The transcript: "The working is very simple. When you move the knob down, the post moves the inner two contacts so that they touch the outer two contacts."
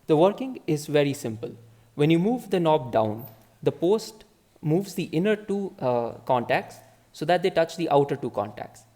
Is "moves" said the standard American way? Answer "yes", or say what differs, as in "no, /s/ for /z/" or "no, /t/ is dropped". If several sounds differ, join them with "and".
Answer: yes